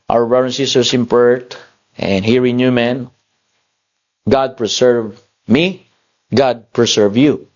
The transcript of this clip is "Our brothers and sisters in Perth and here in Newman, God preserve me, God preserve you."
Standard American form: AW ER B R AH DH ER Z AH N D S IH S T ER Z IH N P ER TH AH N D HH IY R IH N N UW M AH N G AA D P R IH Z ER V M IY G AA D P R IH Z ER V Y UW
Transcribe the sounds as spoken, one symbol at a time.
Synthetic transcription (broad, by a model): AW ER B R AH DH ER AH N S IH S T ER S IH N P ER T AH N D HH IY R IH N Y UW M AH N G AA D P R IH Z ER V M IY G AA D P R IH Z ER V Y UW